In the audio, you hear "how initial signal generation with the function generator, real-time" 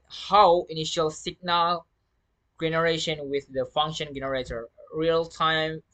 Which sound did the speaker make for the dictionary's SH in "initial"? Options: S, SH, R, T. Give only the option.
SH